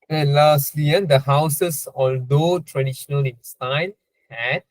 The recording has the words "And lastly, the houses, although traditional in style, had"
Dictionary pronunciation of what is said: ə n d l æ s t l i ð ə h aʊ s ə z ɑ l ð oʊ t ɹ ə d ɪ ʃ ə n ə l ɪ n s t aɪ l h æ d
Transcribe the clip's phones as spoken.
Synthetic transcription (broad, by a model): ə l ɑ s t l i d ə h aʊ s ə s ɑ l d oʊ t ɹ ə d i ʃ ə n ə l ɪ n s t aɪ n h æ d